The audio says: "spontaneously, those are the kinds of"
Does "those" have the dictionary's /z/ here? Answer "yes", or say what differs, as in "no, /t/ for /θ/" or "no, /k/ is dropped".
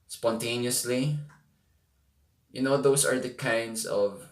no, /s/ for /z/